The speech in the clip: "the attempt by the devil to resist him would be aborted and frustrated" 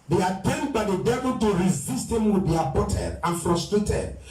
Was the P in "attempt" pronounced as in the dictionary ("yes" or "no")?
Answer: no